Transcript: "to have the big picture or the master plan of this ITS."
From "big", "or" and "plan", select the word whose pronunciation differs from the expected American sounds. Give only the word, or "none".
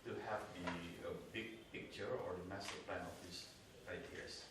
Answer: none